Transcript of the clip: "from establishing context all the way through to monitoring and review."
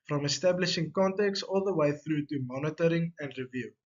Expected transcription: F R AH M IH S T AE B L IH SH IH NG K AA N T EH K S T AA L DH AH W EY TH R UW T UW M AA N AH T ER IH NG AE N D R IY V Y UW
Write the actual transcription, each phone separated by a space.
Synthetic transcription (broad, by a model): F R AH M IH S T AE B L IH SH IH NG K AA N T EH K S AA L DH AH W EY TH R UW T UW M AA N AH T ER IH NG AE N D R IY V Y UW